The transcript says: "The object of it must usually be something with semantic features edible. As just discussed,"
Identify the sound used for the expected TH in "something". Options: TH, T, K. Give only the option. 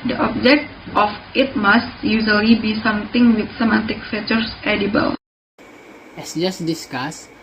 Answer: T